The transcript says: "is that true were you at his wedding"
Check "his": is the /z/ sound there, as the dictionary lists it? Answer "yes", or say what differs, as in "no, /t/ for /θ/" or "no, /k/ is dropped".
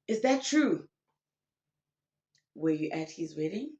yes